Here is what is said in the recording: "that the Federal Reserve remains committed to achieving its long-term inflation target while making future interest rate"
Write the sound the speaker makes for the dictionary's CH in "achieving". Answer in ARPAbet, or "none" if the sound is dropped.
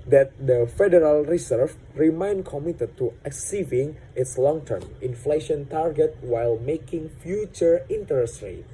S